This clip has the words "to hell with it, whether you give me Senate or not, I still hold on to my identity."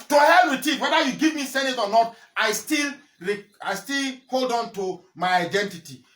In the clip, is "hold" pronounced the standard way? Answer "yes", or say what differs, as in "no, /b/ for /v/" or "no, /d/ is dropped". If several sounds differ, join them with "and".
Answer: yes